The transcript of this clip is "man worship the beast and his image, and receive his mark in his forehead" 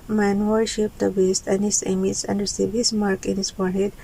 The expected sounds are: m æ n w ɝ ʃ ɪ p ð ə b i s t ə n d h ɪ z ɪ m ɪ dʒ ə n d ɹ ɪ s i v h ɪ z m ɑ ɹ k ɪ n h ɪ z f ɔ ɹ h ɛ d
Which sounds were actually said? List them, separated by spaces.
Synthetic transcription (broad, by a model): m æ n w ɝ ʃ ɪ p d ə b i s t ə n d h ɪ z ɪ m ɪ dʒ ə n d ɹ s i b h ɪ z m ɑ ɹ k ɪ n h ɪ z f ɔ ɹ h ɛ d